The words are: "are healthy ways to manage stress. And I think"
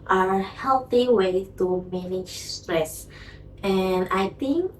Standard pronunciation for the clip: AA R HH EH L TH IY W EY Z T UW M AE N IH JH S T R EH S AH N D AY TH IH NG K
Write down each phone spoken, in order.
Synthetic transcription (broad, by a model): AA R HH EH L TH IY W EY T UW M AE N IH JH S T R EH S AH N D AY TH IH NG K